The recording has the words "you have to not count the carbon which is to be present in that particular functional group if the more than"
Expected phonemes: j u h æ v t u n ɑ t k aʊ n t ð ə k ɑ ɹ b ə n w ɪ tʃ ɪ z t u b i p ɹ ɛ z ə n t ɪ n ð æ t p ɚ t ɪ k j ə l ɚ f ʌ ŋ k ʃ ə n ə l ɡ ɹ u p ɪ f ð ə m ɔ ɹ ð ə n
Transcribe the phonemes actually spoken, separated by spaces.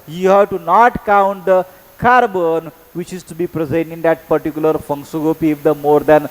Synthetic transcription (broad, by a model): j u h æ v t u n ɑ t k aʊ n t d ə k ɑ ɹ b ə n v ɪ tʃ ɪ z t u b i p ɹ ɛ z ə n t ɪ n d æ t p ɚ t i k j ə l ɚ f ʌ ŋ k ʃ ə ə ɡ ɔ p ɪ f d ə m ɔ ɹ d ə n